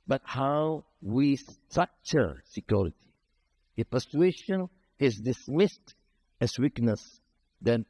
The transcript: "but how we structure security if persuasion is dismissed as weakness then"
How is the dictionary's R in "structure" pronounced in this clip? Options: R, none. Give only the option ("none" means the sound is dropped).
none